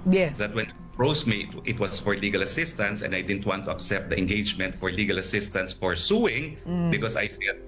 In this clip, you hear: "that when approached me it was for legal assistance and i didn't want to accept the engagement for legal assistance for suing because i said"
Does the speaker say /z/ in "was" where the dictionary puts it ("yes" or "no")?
no